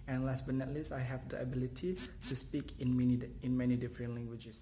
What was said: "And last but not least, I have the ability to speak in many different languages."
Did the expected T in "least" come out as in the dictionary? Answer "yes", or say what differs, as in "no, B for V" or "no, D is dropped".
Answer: no, T is dropped